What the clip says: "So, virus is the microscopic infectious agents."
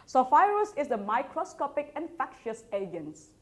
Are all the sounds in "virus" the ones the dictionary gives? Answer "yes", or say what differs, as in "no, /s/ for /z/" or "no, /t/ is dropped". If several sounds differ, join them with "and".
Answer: no, /f/ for /v/